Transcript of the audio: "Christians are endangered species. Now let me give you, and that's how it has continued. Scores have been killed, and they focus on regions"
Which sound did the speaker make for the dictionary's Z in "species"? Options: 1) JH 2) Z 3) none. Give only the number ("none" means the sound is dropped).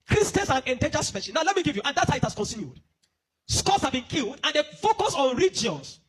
3